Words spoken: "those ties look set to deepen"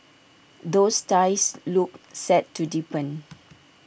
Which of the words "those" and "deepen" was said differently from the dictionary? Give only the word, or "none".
those